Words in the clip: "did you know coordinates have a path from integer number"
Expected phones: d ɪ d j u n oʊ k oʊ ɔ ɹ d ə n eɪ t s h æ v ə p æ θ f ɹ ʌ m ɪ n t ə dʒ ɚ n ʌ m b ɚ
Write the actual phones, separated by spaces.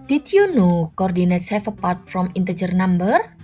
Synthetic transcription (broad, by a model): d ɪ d j u n oʊ k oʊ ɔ ɹ d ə n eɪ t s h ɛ f ə p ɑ t f ɹ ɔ m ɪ n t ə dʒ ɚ n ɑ m b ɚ